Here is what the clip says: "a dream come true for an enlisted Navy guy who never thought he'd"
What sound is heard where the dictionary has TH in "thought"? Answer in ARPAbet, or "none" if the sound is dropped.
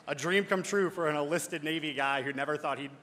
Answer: TH